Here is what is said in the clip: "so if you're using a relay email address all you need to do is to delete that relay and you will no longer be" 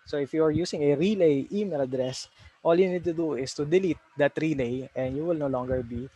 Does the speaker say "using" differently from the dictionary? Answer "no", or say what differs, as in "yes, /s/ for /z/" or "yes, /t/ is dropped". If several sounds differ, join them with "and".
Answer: yes, /s/ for /z/